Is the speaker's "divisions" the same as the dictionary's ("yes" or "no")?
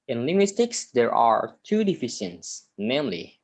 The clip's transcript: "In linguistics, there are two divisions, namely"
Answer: no